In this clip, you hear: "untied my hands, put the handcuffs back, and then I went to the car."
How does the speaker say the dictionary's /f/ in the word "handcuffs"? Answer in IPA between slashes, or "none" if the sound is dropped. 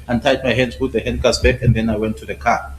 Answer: none